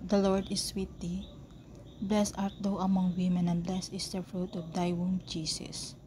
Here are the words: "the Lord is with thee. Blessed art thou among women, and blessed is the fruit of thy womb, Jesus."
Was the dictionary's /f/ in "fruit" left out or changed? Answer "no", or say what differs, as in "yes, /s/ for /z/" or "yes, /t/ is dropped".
no